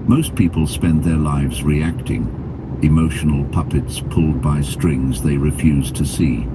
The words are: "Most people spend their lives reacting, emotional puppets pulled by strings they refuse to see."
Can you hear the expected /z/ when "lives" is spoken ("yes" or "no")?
yes